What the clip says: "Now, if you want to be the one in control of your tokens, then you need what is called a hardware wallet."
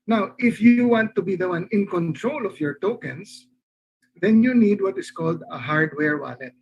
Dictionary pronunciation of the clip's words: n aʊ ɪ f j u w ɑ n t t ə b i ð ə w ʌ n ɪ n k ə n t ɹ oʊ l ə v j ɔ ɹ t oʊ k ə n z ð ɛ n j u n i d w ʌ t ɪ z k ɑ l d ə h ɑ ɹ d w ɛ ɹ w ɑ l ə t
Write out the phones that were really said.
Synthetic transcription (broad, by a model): n aʊ ɪ f j u w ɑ n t t ə b i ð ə w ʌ n ɪ n k ə n t ɹ oʊ l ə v j ɔ ɹ t oʊ k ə n s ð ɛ n j u n i d w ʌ t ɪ s k ɑ l d ə h ɑ ɹ d w ɛ ɹ w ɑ l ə t